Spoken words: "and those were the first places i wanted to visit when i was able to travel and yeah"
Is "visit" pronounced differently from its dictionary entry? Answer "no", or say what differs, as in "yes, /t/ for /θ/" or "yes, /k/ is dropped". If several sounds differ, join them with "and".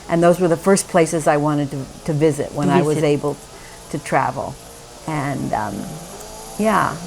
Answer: no